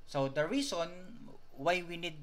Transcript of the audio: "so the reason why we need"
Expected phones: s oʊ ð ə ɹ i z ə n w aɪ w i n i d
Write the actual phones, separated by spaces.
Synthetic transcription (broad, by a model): s oʊ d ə ɹ i s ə n w aɪ w i n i d